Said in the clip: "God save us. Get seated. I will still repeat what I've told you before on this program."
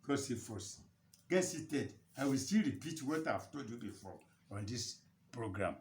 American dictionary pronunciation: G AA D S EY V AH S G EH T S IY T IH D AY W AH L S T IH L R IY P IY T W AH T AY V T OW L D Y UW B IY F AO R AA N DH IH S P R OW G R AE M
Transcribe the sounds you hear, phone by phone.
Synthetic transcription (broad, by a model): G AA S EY F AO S G EH T S IY T IH D AY W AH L S T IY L R IY P IY T W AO T AY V T OW L D Y UW B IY F AO AA N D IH S P R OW G R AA M